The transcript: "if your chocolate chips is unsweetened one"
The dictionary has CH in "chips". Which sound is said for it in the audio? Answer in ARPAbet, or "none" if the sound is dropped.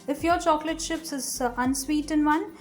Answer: SH